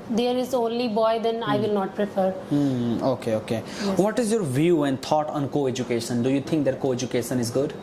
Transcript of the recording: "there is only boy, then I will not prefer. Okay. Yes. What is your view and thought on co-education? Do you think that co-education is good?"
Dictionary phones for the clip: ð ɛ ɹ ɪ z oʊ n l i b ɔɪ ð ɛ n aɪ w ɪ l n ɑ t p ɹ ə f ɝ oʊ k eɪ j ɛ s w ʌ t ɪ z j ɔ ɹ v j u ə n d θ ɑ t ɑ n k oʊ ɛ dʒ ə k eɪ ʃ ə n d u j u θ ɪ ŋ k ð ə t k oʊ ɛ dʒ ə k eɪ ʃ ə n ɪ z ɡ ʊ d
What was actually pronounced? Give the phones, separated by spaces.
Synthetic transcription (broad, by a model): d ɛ ɹ ɪ z oʊ n l i b ɔɪ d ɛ n aɪ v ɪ l n ɑ t p ɹ ə f ɝ oʊ k eɪ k ɛ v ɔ t ɪ z j ɔ ɹ v j u ə n d t ɑ t ɑ n k oʊ ɛ dʒ ə k eɪ ʃ ə n d u j u t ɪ ŋ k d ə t k oʊ ɛ dʒ ə k eɪ ʃ ə n ɪ z ɡ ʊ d